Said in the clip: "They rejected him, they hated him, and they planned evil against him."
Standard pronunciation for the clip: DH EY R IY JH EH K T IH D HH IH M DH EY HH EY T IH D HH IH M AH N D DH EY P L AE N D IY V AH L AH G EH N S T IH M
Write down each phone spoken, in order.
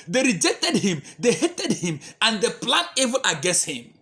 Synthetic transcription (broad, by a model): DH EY R IY JH EH K T IH D HH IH M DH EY HH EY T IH D HH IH M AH N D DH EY P L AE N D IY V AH N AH G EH S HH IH M